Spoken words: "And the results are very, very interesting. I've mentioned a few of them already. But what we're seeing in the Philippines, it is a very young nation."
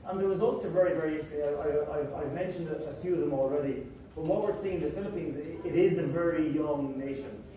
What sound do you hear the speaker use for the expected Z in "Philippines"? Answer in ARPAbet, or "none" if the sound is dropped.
Z